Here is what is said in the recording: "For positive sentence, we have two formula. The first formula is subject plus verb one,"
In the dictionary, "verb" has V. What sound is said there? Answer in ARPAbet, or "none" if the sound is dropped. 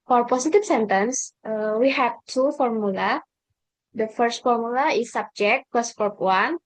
P